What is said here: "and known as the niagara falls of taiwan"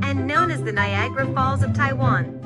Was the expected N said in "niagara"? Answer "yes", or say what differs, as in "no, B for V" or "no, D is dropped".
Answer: yes